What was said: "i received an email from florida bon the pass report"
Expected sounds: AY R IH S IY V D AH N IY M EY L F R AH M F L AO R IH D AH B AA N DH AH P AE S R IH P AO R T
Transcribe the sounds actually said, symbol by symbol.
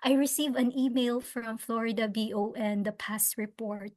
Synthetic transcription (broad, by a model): AY R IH S IY V AH N IY M EY L F R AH M F L AO R IH D AH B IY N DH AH P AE S R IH P AO R T